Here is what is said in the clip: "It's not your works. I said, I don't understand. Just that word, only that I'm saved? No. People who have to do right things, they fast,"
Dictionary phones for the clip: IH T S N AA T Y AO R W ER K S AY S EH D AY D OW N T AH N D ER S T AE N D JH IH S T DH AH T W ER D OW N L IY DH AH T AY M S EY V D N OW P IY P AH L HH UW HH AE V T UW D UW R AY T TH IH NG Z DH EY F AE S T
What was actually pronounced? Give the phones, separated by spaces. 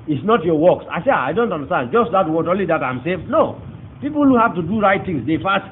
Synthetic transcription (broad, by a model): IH T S N AA T Y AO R W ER K S AY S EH AY D OW N T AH N D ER S T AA N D JH IH S T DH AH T W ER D OW N L IY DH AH T AY M S EY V N OW P IY P L HH UW HH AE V T UW D UW R AY T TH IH NG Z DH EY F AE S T